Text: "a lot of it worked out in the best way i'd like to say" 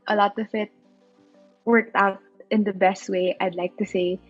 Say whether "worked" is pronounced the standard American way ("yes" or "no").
yes